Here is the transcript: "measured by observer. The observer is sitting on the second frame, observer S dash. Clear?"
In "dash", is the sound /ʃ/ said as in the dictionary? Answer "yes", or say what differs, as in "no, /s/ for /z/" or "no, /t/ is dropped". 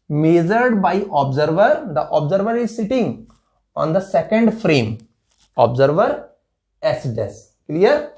no, /s/ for /ʃ/